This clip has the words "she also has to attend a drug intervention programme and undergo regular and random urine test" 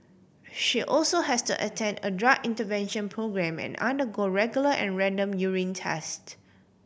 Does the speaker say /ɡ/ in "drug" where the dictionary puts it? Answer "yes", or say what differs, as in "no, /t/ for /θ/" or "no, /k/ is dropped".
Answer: no, /ɡ/ is dropped